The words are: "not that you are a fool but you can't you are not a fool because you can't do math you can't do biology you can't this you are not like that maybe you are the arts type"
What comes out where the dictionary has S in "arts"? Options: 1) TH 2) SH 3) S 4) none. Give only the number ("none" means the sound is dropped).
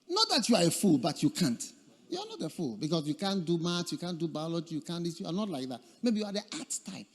4